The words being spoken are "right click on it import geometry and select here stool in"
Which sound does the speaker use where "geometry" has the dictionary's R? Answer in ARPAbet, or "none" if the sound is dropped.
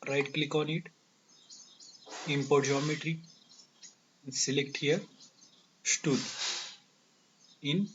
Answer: R